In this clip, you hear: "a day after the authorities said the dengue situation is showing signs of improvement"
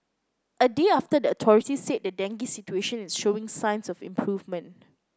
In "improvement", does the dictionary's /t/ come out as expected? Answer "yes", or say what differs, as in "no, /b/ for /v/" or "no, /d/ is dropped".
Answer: yes